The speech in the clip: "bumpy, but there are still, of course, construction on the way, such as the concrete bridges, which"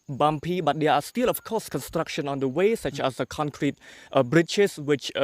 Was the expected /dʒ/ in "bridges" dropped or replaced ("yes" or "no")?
yes